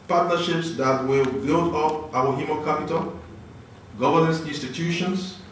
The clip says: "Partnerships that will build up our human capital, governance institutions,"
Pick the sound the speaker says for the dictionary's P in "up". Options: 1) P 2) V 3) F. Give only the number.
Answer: 1